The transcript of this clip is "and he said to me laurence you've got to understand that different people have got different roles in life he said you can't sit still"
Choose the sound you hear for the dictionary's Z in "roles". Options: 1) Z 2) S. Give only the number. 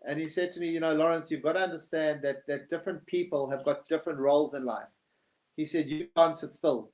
1